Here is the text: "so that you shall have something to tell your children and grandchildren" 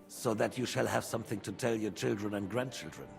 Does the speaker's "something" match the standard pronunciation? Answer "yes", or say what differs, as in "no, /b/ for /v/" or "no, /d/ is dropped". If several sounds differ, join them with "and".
yes